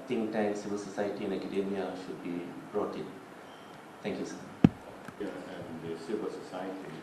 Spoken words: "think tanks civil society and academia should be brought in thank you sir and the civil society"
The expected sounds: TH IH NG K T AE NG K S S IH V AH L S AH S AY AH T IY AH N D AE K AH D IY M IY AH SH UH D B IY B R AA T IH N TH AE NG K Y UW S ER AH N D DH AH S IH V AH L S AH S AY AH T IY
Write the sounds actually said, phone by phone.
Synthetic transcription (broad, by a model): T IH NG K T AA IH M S S IH V AH L S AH S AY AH T IY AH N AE K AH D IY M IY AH SH UH D B IY B R AA T IH N T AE NG K Y UW S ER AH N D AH S IH V AH L S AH S AY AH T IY